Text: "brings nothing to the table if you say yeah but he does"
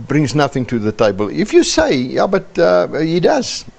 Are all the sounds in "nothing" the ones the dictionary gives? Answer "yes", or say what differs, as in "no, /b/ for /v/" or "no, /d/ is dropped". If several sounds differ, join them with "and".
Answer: yes